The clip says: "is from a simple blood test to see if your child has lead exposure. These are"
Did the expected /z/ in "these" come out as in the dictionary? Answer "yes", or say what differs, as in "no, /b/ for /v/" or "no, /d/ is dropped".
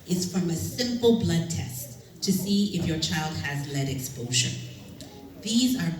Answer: yes